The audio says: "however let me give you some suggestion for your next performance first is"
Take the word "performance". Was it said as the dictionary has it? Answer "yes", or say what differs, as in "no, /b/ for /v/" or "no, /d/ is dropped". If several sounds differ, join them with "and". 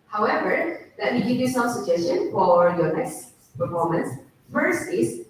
yes